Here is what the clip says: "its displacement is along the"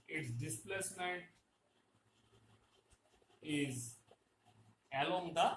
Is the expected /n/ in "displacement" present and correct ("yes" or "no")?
no